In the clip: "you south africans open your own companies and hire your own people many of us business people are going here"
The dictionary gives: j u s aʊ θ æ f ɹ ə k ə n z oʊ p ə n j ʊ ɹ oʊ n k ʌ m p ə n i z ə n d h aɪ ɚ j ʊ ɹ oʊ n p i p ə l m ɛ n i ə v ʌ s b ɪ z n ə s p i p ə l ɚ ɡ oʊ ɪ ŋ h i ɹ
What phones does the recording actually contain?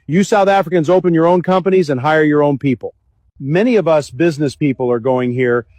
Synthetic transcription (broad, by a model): j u s aʊ θ æ f ɹ ə k ə n z oʊ p ə n j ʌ ɹ oʊ n k ʌ m p ə n i z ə n h aɪ ɚ j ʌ ɹ oʊ n p i p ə l m ɛ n i ə v ʌ s b ɪ z n ə s p i p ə l ɚ ɡ oʊ ɪ ŋ h i ɹ